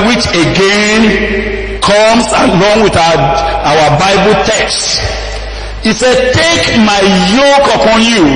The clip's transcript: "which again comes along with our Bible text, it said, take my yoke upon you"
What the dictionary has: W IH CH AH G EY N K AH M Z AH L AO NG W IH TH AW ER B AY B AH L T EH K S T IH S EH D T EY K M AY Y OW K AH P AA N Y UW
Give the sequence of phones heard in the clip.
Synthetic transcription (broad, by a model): W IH CH AH G EY N K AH M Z AH L AO NG W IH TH AW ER B AY B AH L T EH K S T IH S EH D T EY K M AY Y OW K AH P AA N Y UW